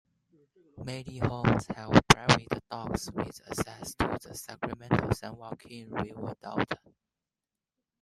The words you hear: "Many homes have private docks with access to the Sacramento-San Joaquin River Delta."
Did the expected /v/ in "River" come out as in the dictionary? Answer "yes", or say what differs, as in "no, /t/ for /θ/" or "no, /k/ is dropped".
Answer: no, /w/ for /v/